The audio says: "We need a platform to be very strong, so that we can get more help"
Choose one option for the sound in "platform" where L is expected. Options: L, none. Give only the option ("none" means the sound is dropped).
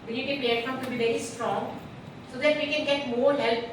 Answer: none